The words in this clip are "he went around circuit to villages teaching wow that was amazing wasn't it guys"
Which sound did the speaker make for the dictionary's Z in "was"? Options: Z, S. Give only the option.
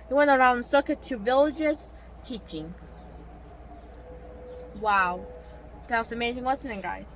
S